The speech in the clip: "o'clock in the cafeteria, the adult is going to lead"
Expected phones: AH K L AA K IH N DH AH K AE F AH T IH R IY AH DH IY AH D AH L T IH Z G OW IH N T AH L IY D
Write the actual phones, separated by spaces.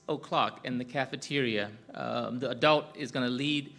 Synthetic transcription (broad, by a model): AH K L AA K IH N DH AH K AE F AH T IH R IY AH DH IY AH D AH L T IH Z G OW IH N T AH L IY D